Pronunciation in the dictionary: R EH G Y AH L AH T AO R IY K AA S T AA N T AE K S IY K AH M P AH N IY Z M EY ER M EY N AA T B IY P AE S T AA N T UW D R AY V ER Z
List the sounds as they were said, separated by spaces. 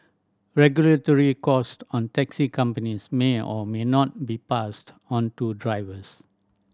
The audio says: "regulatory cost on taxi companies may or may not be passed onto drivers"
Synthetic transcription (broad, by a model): R EH G Y AH L AH T AO R IY K AA S T AA N T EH K S IY K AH M P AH N IY S M EY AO M EY N AA T B IY P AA S T AA N T UW D R AY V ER S